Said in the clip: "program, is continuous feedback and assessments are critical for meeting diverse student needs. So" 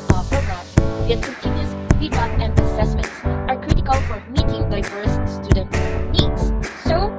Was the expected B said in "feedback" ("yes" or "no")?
no